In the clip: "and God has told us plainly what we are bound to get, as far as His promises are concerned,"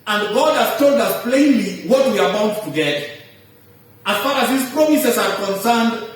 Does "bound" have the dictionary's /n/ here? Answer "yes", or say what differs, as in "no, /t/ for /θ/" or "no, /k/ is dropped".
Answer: no, /n/ is dropped